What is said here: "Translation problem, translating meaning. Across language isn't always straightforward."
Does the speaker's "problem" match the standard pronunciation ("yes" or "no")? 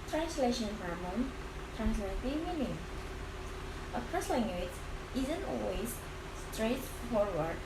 no